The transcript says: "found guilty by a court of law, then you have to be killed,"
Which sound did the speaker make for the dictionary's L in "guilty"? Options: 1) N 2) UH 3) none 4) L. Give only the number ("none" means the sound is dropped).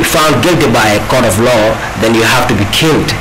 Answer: 4